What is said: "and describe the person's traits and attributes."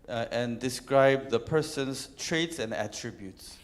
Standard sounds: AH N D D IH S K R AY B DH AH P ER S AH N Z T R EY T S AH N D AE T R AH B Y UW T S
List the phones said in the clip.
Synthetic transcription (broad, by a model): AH N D D IH S K R AY B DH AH P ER S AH N S T R EY T S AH N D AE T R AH B Y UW T S